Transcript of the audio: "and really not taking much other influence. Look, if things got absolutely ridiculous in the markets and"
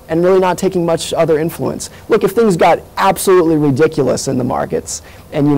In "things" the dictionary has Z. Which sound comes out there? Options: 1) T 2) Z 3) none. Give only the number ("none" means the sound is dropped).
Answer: 2